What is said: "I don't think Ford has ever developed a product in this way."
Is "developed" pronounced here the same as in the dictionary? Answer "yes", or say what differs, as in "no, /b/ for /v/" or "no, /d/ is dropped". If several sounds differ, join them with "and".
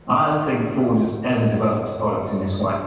yes